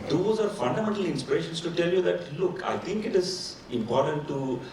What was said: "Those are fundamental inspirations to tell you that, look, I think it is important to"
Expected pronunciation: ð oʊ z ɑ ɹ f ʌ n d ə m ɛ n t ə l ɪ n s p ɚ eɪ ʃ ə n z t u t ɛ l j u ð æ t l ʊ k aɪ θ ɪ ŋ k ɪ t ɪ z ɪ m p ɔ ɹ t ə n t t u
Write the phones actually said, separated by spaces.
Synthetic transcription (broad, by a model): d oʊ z ɑ ɹ f ʌ n d ə m ɛ n t ə l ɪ n s p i eɪ ʃ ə n s t u t ɛ l j u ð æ t l ʊ k aɪ t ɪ ŋ k ɪ t ɪ z ɪ m p ɔ ɹ t ə n t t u